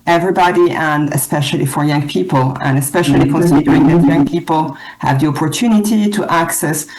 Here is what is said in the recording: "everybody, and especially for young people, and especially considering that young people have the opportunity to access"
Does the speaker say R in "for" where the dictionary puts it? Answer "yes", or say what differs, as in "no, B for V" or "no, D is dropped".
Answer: yes